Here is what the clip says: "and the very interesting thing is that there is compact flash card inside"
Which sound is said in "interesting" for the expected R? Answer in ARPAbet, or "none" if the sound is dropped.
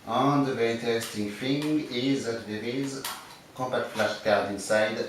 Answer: none